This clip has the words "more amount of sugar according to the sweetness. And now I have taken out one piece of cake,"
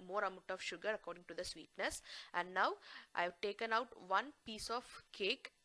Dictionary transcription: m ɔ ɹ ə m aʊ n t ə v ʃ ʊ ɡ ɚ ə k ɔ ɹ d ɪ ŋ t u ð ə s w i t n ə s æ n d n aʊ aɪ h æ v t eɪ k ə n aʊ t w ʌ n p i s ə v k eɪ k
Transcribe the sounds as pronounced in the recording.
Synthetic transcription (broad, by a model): m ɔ ɹ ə m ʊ t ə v ʃ ʊ ɡ ɚ ə k ɔ ɹ d ɪ ŋ t u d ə s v i t n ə s æ n d n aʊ aɪ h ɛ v t eɪ k ə n aʊ t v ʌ n p i s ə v k eɪ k